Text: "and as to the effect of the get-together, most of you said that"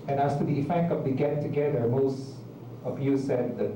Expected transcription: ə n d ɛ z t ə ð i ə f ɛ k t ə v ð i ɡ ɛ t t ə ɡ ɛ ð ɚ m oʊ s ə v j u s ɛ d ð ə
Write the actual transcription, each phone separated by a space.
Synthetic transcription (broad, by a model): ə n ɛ s t ə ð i ə f ɛ k t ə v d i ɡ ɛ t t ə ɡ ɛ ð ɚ m oʊ s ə p j u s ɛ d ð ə